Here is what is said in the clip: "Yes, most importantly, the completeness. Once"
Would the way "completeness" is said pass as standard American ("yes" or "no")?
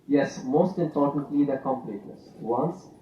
no